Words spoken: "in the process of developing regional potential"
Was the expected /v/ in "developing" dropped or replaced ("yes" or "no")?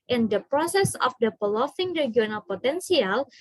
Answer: yes